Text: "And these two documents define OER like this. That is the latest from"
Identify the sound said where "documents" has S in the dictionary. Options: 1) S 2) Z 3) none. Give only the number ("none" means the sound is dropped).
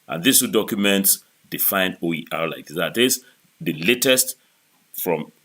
1